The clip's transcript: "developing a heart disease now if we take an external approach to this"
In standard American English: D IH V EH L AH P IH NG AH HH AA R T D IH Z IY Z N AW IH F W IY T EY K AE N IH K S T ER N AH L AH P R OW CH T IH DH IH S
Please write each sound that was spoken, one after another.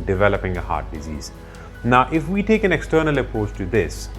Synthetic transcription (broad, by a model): D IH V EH L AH P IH NG AH HH AA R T D IH Z IY Z N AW IH F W IY T EY K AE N IH K S T ER N AH L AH P OW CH T IH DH IH S